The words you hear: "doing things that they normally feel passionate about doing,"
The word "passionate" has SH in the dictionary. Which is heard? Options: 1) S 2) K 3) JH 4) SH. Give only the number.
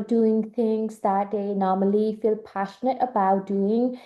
4